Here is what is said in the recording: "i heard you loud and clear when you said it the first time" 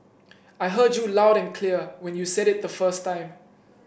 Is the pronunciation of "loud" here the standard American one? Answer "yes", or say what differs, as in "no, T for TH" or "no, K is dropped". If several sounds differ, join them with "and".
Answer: yes